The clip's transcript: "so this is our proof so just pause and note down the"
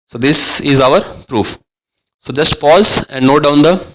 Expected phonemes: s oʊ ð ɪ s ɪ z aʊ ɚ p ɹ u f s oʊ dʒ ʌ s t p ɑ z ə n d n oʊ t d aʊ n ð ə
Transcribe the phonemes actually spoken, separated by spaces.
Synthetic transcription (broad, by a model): s oʊ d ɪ s ɪ z aʊ ɚ p ɹ u f s oʊ dʒ ʌ s t p ɑ z ə n d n oʊ d aʊ n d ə